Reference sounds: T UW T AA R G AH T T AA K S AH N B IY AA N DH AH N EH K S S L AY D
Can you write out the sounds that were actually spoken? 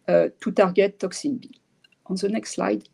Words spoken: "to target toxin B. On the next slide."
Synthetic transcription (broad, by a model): T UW T AA R G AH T T AA K S AH N B IY AA N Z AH N EH K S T L AY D